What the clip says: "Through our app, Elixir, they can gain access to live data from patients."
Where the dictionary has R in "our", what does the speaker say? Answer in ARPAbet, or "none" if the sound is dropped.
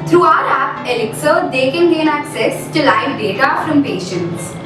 L